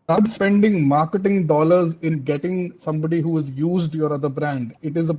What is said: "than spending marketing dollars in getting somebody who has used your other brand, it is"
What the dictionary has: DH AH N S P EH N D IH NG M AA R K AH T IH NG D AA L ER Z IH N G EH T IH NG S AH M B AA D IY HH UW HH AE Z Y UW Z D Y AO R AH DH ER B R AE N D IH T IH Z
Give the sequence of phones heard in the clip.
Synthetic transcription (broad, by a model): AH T S P EH N D IH NG M AA R K AH T IH NG D AA L ER Z IH N G EH T IH NG S AH M B AA D IY HH UW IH Z Y UW Z D Y AO R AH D ER B R AE N D IH T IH Z